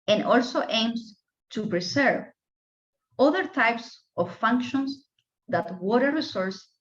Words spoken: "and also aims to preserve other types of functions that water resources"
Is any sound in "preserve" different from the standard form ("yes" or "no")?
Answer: yes